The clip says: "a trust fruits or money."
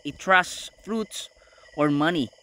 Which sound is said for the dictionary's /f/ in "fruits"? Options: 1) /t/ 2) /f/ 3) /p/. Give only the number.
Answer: 2